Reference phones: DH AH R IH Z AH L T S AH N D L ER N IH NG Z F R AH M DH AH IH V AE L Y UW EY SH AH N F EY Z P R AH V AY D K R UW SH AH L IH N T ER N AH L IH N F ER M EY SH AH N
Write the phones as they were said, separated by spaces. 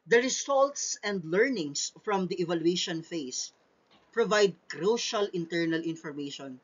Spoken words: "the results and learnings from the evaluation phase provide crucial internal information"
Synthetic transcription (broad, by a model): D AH R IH S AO L T S AH N D L ER N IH NG S F R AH M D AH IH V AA L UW EY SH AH N F EY S P R AH V AY D K R UW SH AH L IH N T ER N AH L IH N F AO M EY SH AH N